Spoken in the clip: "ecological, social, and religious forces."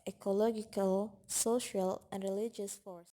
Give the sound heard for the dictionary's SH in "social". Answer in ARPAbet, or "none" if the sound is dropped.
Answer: SH